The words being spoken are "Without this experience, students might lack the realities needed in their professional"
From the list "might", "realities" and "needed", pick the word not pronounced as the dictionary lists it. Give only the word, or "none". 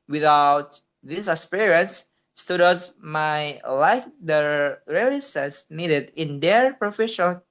realities